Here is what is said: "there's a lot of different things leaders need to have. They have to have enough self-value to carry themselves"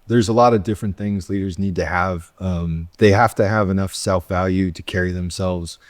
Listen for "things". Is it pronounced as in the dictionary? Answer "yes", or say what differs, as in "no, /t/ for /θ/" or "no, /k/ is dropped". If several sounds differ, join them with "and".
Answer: yes